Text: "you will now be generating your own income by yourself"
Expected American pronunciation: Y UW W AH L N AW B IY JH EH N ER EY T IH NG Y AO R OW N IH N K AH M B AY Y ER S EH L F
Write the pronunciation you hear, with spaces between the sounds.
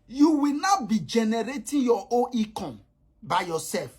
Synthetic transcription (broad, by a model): Y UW W AH L N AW B IY JH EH N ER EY T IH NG Y AO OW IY K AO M B AY Y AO S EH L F